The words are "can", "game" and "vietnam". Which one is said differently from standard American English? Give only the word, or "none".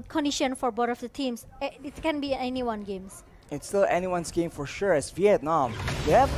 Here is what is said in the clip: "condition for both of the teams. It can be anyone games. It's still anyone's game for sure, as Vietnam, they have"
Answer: none